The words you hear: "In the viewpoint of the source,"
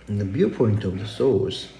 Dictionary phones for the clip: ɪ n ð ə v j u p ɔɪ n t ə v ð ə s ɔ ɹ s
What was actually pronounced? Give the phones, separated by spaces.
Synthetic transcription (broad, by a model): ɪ n ð ə b j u p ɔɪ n t ə v ð ə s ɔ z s